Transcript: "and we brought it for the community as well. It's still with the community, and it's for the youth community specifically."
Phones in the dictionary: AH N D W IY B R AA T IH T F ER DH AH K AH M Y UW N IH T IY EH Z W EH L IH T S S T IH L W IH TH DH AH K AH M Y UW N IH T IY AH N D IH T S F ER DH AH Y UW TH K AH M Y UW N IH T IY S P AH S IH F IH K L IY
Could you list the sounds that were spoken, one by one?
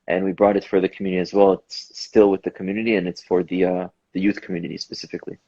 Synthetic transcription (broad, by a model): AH N W IY B R AA T IH T F ER DH AH K M Y UW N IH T IY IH Z W EH L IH T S S T IH L W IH DH AH K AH M Y UW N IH T IY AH N IH T S F ER DH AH Y UW TH K M Y UW N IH T IY S P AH S IH F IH K L IY